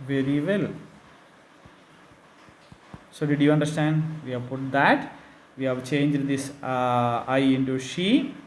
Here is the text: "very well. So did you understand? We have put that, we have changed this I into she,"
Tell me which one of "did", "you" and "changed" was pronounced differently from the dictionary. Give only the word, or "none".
none